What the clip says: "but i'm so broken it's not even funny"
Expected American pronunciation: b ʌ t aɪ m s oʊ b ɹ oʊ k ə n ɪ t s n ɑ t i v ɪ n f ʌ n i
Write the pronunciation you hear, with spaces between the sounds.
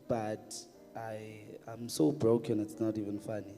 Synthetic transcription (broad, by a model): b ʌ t aɪ m s oʊ b ɹ oʊ k ə n ɪ t s n ɑ t i v ɪ n f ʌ n i